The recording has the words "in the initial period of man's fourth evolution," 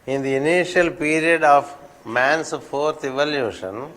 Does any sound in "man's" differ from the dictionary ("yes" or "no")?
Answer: yes